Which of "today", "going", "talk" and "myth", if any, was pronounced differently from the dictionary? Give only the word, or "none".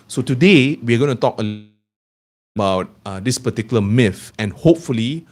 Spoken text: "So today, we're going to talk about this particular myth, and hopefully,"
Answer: myth